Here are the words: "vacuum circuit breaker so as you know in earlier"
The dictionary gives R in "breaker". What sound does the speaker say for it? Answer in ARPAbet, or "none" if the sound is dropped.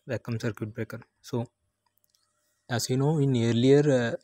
R